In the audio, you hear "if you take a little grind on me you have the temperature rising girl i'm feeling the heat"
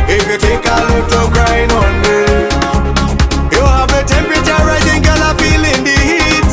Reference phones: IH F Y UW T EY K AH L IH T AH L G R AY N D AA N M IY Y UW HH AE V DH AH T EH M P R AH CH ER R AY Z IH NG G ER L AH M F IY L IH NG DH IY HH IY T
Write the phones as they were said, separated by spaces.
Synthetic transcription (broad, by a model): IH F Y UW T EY K AH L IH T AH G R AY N AA N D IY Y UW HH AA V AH T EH M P R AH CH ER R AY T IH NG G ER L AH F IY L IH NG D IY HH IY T